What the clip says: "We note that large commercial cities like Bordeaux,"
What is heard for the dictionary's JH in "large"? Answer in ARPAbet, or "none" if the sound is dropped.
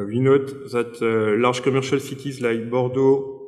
ZH